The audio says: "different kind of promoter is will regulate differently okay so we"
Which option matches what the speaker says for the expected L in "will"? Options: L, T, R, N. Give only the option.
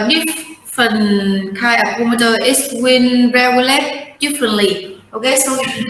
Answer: N